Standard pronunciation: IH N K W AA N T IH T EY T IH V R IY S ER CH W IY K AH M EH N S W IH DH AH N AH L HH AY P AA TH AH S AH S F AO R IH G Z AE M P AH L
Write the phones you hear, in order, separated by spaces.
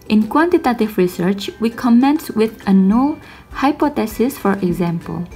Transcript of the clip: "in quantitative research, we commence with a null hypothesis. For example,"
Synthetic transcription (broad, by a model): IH N K W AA N T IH T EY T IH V R IY S ER CH W IY K AH M EH N S W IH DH AH N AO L HH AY P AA T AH S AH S F AO R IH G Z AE M P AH L